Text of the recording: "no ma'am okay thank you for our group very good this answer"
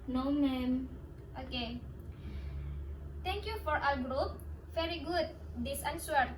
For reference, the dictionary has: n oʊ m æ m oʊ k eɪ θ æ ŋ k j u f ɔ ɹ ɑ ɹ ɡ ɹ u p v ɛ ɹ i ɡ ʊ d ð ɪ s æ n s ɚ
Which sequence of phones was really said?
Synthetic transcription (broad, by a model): n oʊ m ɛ m oʊ k eɪ t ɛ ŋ k j u f ɔ ɹ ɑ l ɡ ɹ u p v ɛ ɹ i ɡ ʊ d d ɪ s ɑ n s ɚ